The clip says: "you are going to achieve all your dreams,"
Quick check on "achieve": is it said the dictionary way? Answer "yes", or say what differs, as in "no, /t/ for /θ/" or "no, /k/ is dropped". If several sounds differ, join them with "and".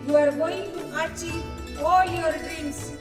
no, /v/ is dropped